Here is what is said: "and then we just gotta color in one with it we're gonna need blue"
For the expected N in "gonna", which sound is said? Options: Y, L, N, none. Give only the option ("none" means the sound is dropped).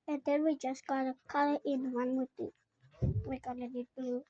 none